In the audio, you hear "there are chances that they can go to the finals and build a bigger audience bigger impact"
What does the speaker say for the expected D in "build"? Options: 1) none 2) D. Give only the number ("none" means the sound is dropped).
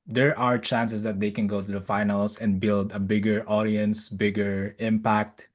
2